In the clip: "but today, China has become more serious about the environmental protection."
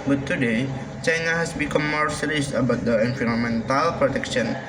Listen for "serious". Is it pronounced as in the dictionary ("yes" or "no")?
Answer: no